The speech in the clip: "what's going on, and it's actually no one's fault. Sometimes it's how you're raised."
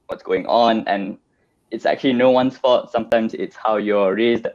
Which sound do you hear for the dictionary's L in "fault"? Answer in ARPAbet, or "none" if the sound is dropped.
none